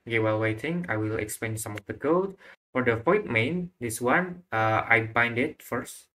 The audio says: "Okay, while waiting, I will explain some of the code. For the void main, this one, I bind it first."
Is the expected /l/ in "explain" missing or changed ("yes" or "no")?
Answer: yes